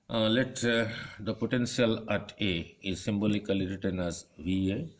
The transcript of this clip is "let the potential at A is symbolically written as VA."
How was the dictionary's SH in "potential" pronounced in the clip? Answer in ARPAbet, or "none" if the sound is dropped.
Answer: S